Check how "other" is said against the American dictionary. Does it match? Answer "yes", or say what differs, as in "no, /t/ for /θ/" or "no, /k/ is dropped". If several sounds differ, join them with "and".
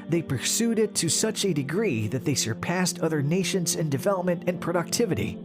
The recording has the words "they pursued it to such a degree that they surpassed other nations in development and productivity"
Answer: yes